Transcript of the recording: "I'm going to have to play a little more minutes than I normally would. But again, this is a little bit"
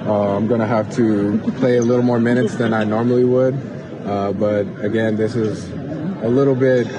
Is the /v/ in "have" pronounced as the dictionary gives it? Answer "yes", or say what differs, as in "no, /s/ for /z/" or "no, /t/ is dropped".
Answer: no, /f/ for /v/